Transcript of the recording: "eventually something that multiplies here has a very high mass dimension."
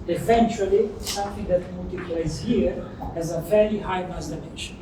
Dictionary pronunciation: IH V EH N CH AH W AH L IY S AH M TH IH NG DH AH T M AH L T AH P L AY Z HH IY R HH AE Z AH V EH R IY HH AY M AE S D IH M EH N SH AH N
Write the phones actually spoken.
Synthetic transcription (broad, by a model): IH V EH N CH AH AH L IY S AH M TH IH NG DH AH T M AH L T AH P L AY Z HH IY R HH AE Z AH F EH R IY HH AY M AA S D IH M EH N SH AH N